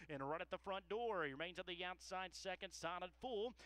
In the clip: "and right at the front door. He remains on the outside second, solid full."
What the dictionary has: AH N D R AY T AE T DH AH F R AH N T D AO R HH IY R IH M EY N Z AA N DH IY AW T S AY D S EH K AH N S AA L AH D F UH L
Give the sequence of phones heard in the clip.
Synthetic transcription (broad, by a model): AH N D R AY T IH T DH AH F R AH N D AO R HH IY R IH M EY N Z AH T DH IY AW T S AY D S EH K AH N S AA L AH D F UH L